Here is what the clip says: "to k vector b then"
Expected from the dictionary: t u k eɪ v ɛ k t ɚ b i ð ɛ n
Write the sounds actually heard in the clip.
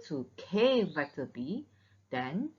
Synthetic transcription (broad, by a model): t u k eɪ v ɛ t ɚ b i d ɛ n